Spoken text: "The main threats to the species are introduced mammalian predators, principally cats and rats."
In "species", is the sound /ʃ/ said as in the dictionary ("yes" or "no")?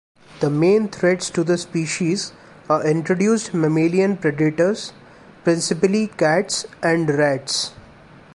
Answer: yes